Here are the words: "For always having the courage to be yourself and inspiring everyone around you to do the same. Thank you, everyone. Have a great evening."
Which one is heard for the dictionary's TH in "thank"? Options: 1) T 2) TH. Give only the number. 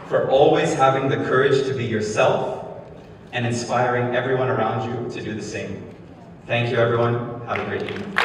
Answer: 2